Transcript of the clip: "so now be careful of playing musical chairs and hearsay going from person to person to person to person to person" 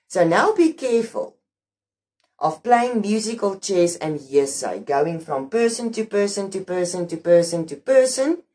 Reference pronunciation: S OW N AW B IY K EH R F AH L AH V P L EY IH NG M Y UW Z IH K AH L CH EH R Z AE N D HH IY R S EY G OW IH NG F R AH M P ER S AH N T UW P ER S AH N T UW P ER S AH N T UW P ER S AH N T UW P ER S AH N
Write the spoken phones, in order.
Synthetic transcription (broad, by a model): S OW N AW B IY K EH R F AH L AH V P L EY IH NG M Y UW Z IH K AH L CH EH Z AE N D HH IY S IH G OW IH NG F R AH M P ER S AH N T UW P ER S AH N T UW P ER S AH N T UW P ER S AH N T UW P ER S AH N